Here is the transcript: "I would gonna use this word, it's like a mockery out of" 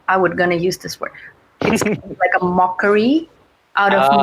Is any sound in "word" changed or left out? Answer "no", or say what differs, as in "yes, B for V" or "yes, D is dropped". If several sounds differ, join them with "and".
yes, D is dropped